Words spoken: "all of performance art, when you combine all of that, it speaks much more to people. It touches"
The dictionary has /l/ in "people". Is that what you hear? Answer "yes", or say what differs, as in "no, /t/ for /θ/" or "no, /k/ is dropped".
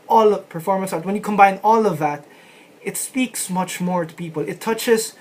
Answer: yes